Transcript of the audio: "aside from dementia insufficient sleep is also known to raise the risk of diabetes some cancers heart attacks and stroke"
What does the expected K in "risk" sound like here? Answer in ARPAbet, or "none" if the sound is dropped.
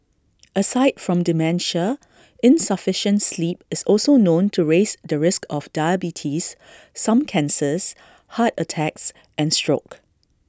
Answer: K